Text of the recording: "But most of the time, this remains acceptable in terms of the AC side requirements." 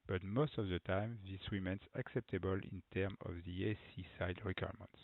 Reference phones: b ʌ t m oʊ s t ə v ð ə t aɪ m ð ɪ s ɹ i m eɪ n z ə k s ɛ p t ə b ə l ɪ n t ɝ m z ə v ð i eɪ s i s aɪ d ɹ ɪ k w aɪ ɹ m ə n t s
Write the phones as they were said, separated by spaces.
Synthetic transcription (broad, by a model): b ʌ t m oʊ s t ə v ð ə t aɪ m ð ɪ s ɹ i m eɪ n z ə k s ɛ p t ə b ə l ɪ n t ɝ m ə v ð i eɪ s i s aɪ d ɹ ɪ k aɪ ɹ m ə n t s